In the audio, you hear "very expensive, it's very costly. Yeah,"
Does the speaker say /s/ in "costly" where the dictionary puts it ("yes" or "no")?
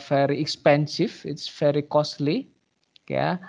yes